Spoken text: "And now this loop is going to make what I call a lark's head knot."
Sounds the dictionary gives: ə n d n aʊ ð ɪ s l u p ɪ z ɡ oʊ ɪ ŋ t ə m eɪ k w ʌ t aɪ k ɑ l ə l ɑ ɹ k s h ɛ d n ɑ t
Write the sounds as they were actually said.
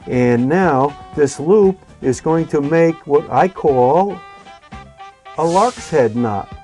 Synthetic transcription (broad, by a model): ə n n aʊ ð ɪ s l u p ɪ z ɡ oʊ ɪ ŋ t ə m eɪ k w ʌ t aɪ k ɑ l ə l ɑ ɹ k s h ɛ d n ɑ t